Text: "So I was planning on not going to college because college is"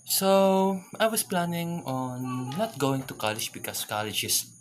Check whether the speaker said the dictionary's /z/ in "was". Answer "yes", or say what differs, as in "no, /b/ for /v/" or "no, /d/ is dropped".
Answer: no, /s/ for /z/